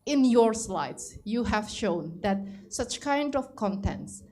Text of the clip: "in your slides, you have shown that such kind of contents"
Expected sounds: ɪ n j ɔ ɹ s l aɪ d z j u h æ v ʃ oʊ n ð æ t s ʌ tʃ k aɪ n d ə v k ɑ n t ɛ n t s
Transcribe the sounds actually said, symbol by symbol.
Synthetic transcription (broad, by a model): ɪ n j ɔ ɹ s l aɪ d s j u h æ v ʃ oʊ n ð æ t s ʌ tʃ k aɪ n d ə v k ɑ n t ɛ n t s